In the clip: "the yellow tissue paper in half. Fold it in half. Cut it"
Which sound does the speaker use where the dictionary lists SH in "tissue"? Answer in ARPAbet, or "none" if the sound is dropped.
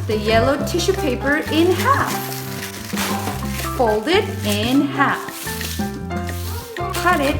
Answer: SH